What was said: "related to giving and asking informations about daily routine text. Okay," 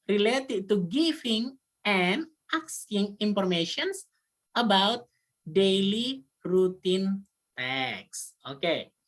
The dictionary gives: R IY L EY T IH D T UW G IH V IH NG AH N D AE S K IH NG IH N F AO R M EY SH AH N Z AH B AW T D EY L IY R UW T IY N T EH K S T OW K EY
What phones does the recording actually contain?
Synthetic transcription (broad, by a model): R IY L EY T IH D T UW G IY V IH NG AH N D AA S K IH NG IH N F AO R M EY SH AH N S AH B AW T D EY L IY R UW T IY N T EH K S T OW K EY